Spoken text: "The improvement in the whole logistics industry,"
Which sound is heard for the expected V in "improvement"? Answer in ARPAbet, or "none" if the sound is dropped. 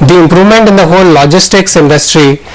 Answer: V